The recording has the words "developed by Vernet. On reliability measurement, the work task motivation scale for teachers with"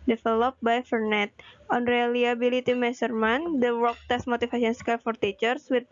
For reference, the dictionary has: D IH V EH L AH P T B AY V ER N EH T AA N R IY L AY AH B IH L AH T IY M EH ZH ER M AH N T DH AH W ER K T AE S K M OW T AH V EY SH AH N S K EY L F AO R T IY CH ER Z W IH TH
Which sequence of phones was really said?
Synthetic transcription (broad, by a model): D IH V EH L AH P B AY F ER N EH T AA N R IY L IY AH B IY L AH T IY M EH S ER M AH N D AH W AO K T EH S M OW T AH F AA S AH N S K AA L F AO R T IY CH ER S W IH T